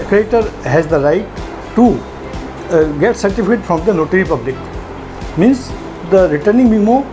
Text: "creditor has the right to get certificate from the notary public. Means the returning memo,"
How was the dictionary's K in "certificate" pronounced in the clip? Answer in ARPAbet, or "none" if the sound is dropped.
none